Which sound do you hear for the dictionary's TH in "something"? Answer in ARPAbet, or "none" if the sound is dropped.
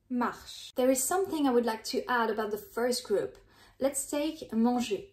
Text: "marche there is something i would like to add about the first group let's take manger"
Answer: TH